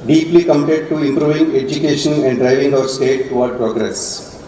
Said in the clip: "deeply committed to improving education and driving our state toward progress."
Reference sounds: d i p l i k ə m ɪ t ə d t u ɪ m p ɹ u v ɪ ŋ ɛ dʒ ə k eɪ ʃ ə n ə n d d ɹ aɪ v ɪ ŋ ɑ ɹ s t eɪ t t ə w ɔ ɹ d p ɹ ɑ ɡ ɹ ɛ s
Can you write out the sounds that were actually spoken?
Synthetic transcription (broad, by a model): d i p l i k ə m ɪ t ə d t u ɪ m p ɹ u v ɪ ŋ ɛ dʒ ə k eɪ ʃ ə n ə n d d ɹ aɪ v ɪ ŋ ɑ ɹ s t eɪ t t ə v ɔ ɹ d p ɹ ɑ ɡ ɹ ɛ s